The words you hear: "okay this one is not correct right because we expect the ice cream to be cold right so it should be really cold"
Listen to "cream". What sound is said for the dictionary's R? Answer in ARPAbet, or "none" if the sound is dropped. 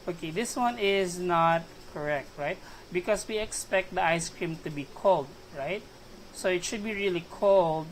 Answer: R